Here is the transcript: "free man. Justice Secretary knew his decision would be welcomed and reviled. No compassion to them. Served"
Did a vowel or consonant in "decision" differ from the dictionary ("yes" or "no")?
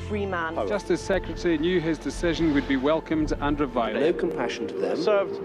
no